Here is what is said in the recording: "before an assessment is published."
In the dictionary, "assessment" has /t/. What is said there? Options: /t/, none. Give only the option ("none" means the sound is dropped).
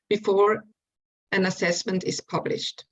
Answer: /t/